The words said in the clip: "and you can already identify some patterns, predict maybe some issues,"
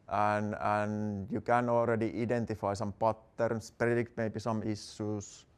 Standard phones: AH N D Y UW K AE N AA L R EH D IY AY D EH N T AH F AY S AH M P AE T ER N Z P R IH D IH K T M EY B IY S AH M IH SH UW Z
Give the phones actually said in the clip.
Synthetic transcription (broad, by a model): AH N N Y UW K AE N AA L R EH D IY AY D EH N T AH F AY S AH M P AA T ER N S P R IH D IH K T M EY B IY S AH M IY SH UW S